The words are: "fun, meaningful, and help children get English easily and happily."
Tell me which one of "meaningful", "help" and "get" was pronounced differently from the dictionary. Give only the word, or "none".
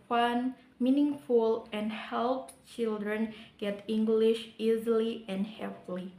none